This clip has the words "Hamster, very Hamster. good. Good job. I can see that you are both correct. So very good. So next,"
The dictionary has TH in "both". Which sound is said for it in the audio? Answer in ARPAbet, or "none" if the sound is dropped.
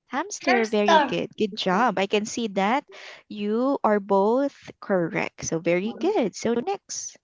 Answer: TH